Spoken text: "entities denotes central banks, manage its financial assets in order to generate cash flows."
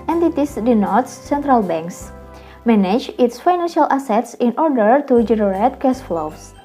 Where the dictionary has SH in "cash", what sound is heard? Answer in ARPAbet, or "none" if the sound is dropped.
S